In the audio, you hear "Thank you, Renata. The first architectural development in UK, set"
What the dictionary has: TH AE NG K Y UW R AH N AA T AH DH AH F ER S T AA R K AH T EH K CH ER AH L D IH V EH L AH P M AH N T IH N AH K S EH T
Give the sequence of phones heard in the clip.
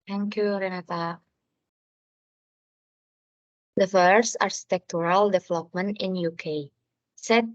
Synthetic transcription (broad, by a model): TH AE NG K Y UW R AH N AA T AH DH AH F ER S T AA R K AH T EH K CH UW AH L D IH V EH L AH P M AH N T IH N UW K S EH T